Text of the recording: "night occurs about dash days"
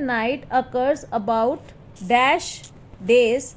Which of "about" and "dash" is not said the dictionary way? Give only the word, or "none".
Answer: none